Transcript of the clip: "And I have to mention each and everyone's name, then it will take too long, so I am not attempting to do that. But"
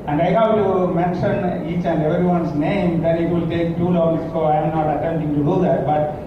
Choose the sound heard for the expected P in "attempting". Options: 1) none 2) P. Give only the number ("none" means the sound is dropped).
1